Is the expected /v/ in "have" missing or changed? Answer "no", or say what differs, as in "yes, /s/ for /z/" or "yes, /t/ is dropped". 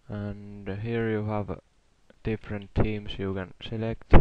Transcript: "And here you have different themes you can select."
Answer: no